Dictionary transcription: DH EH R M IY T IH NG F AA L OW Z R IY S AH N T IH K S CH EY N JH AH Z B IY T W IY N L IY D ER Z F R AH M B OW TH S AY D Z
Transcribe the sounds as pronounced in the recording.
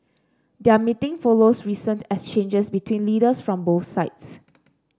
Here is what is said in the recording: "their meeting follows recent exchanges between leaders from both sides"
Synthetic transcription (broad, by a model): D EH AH M IY T IH NG F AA L OW S R IY S AH N T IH S CH EY N JH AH S B IY T W IY N L IY D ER S F R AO M B OW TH S AY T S